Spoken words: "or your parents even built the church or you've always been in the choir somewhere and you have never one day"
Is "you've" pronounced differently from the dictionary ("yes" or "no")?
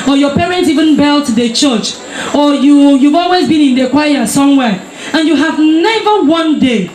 no